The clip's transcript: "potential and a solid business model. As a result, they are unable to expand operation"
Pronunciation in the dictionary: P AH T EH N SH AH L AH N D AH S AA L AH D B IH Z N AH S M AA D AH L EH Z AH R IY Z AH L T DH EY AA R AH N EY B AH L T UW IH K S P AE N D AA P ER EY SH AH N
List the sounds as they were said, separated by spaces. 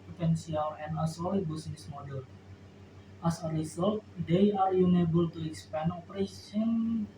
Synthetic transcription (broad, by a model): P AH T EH N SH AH L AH N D AH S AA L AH B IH S N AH S M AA D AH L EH S AH R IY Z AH L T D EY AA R AH N EY B AH L T UW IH K S P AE N AA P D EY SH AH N